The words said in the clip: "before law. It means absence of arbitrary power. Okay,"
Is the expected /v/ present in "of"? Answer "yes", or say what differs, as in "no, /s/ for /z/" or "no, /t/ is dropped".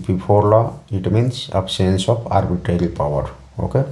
no, /p/ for /v/